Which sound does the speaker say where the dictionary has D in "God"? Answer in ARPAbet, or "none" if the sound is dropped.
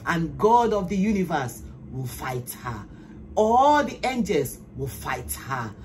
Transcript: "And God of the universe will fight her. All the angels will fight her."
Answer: D